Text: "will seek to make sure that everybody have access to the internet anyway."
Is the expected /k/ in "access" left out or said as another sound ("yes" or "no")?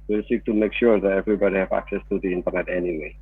no